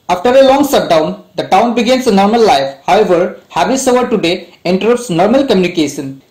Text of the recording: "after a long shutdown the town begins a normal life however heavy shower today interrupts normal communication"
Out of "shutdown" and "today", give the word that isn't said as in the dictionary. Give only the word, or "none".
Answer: shutdown